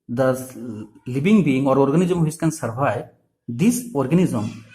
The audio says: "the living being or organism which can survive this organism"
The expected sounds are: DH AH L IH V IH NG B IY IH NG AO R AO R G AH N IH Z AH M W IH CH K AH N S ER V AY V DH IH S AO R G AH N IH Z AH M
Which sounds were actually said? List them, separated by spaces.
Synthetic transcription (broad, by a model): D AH L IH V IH NG B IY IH NG AO R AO R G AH N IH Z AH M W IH S K AH N S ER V AY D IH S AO R G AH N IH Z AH M